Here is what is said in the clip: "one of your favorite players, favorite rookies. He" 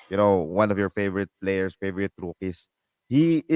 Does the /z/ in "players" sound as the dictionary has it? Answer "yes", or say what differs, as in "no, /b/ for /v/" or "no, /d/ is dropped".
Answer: no, /s/ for /z/